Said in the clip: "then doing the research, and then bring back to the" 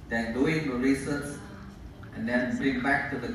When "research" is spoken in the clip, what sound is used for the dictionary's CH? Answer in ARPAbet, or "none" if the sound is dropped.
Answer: S